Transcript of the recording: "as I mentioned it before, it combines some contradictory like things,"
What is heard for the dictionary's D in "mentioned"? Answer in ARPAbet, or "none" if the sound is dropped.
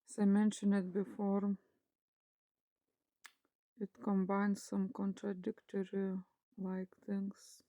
none